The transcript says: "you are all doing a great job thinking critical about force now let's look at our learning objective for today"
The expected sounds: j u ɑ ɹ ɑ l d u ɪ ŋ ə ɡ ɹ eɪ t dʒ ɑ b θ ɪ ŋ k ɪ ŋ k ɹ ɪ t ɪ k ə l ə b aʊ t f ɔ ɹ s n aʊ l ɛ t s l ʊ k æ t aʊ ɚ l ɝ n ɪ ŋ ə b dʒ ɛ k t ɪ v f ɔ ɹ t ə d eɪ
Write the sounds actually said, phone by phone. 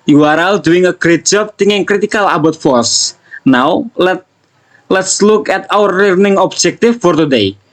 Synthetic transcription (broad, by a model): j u ɑ ɹ ɑ l d u ɪ ŋ ə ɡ ɹ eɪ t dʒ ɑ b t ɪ ŋ ɪ ŋ k ɹ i t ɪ k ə l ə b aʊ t f ɔ ɹ s n aʊ l ɛ t s l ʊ k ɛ t aʊ ɚ l ɝ n ɪ ŋ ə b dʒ ɛ k t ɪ f ɔ ɹ t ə d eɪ